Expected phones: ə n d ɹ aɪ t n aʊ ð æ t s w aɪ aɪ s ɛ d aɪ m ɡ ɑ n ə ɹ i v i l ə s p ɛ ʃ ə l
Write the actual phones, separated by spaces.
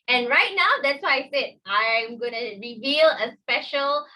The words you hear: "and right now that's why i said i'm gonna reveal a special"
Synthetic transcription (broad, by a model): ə n ɹ aɪ t n aʊ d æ t s w aɪ aɪ s ɛ d aɪ m ɡ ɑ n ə ɹ i v i l ə s p ɛ ʃ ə l